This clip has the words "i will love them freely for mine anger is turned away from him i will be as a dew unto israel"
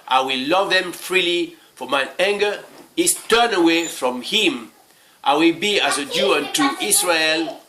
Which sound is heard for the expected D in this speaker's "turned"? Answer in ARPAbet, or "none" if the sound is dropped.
none